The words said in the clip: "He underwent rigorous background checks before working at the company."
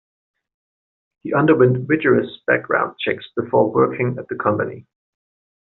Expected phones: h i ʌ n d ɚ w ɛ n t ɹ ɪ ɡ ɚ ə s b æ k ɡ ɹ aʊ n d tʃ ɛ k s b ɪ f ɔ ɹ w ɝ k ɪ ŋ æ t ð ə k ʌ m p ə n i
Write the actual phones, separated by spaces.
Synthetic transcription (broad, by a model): h i ʌ n d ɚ w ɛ n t w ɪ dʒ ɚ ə s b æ k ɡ ɹ aʊ n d tʃ ɛ k s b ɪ f ɔ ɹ w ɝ k ɪ ŋ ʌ t ð ə k ʌ m p ə n i